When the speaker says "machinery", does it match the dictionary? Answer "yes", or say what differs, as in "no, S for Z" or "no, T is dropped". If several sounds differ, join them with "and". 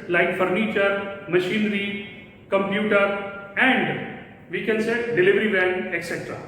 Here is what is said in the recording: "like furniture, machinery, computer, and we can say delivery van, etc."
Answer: yes